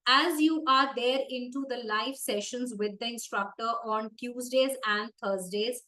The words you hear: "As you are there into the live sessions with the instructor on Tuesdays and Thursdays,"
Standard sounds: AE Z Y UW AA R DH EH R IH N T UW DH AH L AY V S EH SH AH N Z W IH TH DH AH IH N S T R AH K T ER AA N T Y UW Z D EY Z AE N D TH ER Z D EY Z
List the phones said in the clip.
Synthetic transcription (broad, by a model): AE Z Y UW AA R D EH R IH N T UW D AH L AY V S EH SH AH N Z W IH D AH IH N S T R AH K T ER AA N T Y UW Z D EY Z AE N D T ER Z D EY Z